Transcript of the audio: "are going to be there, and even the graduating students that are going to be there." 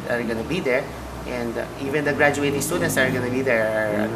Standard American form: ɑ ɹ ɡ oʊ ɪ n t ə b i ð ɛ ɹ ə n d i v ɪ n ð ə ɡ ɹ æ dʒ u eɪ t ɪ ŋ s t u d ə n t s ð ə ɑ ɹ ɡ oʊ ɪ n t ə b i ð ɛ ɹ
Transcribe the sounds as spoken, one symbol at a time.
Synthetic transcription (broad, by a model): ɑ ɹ ɡ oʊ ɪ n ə b i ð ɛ ɹ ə n d i v ɪ n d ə ɡ ɹ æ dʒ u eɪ t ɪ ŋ s t u d ə n t s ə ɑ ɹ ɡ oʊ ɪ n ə b i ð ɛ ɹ